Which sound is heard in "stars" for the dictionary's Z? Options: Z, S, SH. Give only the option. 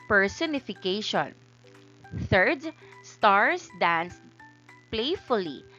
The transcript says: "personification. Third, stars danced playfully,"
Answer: S